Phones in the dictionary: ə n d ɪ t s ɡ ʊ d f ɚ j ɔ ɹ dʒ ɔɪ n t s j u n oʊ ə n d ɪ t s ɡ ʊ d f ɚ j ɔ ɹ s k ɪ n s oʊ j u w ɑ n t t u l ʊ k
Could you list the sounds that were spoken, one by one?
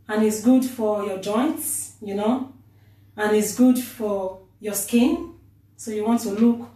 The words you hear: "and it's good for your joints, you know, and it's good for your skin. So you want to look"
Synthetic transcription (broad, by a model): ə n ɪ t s ɡ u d f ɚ j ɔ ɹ dʒ ɔɪ n t s j u n oʊ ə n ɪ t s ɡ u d f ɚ j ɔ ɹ s k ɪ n s oʊ j u w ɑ n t t u l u k